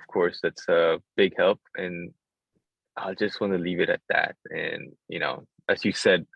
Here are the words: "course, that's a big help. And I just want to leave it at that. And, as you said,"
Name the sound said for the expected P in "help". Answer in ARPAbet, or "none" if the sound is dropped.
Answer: P